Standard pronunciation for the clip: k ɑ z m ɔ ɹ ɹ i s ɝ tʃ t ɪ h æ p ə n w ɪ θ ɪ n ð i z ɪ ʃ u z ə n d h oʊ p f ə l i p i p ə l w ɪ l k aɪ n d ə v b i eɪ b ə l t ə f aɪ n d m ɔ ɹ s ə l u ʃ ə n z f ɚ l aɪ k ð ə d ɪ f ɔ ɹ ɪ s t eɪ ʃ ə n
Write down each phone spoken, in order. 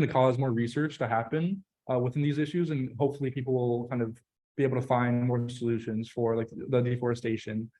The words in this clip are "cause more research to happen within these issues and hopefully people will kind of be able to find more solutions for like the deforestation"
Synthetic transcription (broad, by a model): k ɑ z m ɔ ɹ ɹ i s ɝ tʃ t ɪ h æ p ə n w ɪ θ ɪ n ð i z ɪ ʃ u z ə n h oʊ p f l i p i p l w ɪ l k aɪ n d ə v b i eɪ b l t ə f aɪ n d m ɔ ɹ s ə l u ʃ ə n z f ɚ l aɪ k ð ə d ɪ f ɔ ɹ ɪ s t eɪ ʃ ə n